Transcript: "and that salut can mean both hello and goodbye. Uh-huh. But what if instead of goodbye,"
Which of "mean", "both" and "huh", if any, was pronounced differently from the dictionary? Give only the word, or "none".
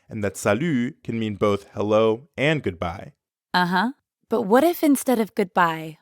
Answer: none